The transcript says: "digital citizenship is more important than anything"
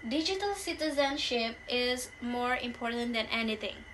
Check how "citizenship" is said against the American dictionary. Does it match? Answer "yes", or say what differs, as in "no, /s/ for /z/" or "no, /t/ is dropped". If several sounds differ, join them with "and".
yes